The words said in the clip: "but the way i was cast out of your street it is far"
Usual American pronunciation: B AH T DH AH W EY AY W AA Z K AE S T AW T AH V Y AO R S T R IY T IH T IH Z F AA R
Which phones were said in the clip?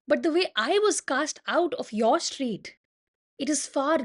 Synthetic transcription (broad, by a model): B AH T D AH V EY AY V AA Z K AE S T AW T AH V Y AO R S T R IY T IH T IH Z F AA R